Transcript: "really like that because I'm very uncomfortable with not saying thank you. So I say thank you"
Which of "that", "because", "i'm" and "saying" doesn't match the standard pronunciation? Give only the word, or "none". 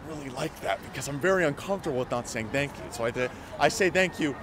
none